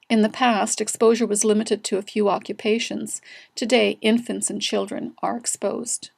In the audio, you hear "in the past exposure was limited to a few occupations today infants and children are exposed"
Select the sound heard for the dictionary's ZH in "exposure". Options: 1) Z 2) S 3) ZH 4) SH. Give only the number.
3